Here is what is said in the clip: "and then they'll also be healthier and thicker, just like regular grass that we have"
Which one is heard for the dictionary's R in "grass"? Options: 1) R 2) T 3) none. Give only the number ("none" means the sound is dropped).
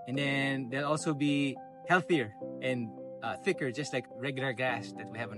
3